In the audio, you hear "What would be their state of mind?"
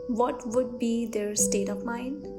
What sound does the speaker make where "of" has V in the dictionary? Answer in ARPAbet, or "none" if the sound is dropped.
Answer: P